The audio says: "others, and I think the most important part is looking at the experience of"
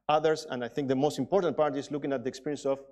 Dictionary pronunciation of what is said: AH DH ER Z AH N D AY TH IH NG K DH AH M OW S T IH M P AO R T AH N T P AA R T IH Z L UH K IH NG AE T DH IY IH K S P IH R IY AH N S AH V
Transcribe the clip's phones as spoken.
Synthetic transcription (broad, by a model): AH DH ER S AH N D AY TH IH NG K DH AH M OW S T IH M P AO R T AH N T P AA R T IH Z L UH K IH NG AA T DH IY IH K S P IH R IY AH N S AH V